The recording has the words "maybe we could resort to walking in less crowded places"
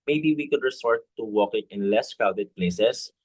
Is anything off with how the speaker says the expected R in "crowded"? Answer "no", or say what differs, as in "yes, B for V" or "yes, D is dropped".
yes, R is dropped